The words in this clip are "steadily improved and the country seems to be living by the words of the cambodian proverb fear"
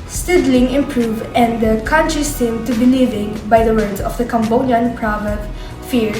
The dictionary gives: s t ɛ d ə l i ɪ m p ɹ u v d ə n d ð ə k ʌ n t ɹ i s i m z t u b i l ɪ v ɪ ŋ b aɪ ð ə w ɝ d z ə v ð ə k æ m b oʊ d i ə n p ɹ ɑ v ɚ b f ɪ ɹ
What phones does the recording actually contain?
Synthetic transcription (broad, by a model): s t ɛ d l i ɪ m p ɹ u v ə n d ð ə k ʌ n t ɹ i s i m t u b i l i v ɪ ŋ b aɪ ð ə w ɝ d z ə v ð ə k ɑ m b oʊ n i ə n p ɹ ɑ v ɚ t f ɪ ɹ